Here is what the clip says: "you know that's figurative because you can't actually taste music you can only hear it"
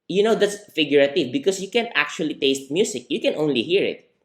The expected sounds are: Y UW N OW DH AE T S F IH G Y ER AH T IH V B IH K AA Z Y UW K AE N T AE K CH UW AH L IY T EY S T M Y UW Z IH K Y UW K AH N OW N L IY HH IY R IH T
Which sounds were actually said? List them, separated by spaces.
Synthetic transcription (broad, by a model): Y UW N OW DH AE T S F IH G Y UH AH T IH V B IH K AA S Y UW K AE N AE K CH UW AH L IY T EY S T M Y UW S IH K Y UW K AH N OW N L IY HH IY R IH T